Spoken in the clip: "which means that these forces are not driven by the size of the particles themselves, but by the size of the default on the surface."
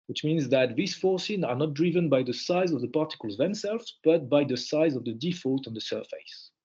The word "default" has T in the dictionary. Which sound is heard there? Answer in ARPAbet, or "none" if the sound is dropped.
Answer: T